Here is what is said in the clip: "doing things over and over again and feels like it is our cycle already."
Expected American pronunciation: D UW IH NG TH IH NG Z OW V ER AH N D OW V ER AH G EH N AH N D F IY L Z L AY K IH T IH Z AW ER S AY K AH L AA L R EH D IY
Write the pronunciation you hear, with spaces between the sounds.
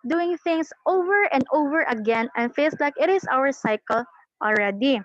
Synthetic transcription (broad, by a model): D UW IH NG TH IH NG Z OW V ER AH N D OW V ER AH G EH N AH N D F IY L S L AY K IH T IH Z AW ER S AY K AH L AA L R EH D IY